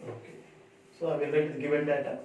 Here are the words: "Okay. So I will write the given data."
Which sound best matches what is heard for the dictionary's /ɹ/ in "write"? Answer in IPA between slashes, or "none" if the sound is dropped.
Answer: /l/